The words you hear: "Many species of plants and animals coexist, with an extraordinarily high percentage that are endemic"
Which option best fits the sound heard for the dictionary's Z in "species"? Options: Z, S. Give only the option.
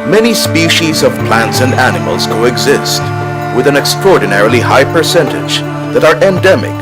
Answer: Z